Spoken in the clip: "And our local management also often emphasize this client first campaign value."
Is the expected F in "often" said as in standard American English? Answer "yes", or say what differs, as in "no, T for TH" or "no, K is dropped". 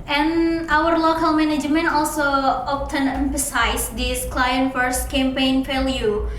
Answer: no, P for F